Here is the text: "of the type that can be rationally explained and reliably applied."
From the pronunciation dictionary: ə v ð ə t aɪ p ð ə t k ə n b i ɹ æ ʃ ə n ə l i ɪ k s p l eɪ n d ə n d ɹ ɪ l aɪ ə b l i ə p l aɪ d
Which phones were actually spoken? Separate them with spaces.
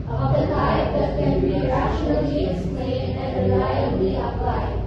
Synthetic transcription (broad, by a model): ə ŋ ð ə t aɪ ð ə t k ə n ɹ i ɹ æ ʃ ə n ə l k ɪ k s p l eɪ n ə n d ɹ ɪ l aɪ ə b l i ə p l aɪ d